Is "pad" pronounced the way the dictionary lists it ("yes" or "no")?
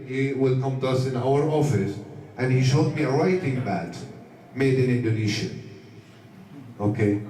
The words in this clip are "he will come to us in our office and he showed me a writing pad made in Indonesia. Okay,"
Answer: no